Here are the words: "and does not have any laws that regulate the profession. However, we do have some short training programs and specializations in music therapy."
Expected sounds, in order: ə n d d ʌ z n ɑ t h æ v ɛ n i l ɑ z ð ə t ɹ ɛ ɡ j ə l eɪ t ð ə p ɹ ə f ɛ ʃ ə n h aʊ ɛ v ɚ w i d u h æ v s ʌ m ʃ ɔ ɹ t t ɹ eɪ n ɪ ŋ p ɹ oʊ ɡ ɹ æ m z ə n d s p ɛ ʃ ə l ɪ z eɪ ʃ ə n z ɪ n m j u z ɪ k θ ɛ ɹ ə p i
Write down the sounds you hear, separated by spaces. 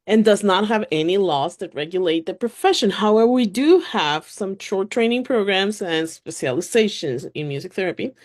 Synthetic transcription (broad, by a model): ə n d d ʌ z n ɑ t h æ v ɛ n i l ɑ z ð ə t ɹ ɛ ɡ j ə l eɪ t ð ə p ɹ ə f ɛ ʃ ə n h aʊ ɛ v ɚ w i d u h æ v s ʌ m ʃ ɔ ɹ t t ɹ eɪ n ɪ ŋ p ɹ oʊ ɡ ɹ æ m z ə n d s p ɛ ʃ ə l ɪ z eɪ ʃ ə n z ɪ n m j u z ɪ k θ ɛ ɹ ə p i